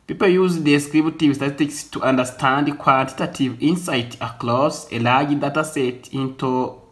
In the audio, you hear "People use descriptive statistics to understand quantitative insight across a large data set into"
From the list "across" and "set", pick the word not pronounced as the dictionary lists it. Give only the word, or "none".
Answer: across